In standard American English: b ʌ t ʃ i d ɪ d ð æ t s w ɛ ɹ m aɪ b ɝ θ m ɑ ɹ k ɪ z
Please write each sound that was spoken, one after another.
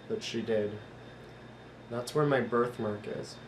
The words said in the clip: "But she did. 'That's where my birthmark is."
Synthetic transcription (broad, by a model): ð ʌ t ʃ i d ɪ d ð æ t s w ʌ ɹ m aɪ b ɝ θ m ɑ ɹ k ɪ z